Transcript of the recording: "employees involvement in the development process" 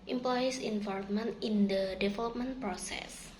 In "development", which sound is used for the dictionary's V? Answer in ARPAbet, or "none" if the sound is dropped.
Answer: F